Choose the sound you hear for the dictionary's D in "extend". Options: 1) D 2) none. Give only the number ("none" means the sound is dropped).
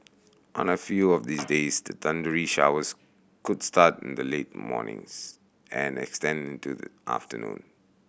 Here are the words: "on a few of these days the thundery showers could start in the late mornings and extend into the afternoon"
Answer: 1